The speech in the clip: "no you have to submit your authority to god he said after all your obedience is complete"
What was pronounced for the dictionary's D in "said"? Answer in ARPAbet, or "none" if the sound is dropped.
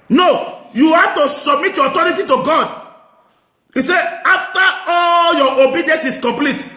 none